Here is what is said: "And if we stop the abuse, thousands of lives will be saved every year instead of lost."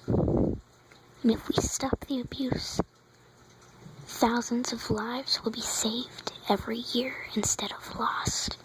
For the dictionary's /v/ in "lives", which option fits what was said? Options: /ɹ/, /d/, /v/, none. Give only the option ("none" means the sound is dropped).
/v/